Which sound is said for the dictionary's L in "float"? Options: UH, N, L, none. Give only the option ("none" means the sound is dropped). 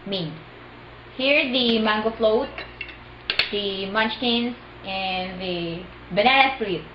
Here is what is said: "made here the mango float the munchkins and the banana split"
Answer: L